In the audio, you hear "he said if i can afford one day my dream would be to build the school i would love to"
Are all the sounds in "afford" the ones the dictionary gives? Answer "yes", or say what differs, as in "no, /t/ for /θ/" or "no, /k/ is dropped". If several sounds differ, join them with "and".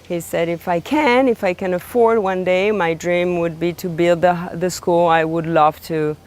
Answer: yes